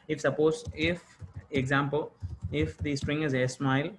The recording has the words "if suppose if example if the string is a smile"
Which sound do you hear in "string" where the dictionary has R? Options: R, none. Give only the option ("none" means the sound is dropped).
R